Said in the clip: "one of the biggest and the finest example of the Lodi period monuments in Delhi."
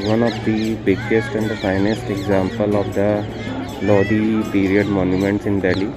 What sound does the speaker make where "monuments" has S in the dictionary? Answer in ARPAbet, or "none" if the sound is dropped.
S